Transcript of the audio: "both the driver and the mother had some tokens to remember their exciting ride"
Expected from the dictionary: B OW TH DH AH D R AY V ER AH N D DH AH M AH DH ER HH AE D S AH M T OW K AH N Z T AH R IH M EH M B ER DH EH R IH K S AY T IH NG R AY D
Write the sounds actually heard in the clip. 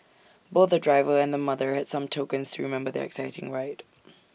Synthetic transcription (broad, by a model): B OW TH DH AH D R AY V ER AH N DH AH M AH DH ER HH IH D S AH M T OW K AH N Z T AH R IH M EH M B ER DH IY IH K S AY T IH NG R AY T